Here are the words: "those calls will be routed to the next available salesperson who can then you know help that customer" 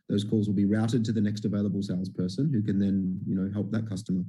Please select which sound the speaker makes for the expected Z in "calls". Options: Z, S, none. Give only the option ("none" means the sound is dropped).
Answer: Z